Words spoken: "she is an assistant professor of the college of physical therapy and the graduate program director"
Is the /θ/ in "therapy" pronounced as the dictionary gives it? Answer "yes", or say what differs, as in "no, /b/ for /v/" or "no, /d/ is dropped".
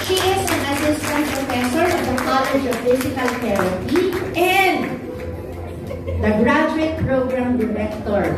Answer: no, /t/ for /θ/